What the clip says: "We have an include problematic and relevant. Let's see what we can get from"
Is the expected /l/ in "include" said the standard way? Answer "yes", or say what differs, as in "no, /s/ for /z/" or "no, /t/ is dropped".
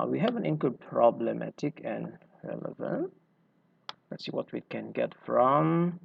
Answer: no, /w/ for /l/